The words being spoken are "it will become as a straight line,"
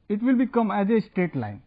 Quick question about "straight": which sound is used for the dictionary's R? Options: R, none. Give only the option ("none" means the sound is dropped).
none